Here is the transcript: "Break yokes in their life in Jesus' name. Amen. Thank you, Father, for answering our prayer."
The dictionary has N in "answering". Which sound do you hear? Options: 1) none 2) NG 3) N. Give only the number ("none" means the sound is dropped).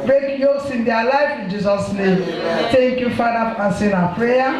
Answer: 1